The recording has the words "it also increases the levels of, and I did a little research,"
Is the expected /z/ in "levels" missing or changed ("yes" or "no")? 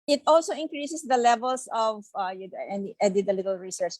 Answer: yes